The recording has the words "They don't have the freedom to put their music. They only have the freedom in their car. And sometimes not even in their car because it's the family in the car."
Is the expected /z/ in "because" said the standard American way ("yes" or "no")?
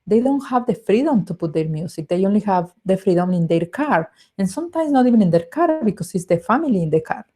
no